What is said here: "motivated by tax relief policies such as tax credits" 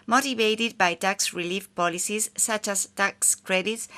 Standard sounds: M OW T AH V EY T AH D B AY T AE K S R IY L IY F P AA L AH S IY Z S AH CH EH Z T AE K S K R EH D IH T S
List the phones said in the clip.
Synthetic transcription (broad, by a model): M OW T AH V EY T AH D B AY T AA K S R IY L IY F P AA L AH S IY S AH CH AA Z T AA K S K R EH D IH T S